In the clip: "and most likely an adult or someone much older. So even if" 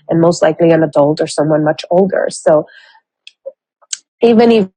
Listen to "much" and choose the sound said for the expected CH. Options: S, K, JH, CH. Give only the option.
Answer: CH